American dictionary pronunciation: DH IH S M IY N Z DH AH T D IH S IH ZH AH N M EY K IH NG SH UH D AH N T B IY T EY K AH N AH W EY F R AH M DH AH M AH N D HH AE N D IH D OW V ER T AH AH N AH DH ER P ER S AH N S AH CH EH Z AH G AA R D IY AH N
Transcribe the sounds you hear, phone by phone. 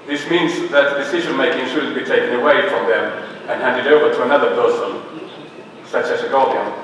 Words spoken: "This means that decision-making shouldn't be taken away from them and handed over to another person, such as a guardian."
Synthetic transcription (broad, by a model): DH IH S M IY N Z DH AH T D IH S IH ZH AH N M EY K IH NG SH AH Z B IY T EY K AH N AH W EY F R AH M DH AH M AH N HH AE N D IH D OW V ER T AH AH N AH DH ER P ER S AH N S AH CH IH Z AH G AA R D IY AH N